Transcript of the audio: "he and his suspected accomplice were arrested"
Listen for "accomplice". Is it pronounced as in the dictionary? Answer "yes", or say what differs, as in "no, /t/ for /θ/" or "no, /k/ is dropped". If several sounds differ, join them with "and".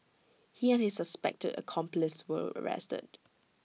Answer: yes